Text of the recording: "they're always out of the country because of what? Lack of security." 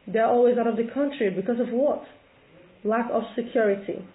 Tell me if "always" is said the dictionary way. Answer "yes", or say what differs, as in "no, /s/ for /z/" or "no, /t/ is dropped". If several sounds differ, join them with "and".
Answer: yes